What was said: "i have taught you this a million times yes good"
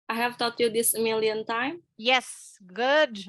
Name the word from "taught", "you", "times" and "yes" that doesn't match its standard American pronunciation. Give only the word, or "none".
times